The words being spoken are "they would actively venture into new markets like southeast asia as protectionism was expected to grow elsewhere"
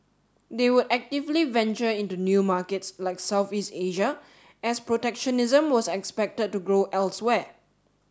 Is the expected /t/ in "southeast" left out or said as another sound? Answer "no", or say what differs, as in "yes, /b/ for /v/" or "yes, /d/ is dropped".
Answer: no